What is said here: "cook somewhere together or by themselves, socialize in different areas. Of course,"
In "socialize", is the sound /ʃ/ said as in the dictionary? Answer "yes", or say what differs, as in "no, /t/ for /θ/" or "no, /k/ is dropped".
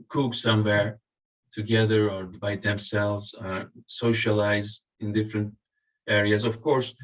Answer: yes